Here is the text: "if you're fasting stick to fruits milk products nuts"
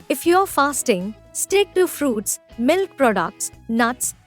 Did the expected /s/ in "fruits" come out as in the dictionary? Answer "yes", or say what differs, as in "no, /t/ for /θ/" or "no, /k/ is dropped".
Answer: yes